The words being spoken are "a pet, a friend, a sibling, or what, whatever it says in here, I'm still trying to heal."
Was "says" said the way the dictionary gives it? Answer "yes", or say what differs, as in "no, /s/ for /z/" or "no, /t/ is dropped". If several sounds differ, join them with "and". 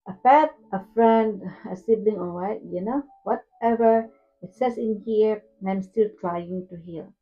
no, /s/ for /z/